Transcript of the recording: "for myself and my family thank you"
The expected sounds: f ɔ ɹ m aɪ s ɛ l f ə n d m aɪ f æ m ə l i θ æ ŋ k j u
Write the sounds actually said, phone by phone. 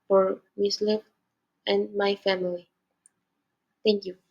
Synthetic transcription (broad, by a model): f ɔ ɹ m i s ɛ f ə n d m aɪ f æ m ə l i t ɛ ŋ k j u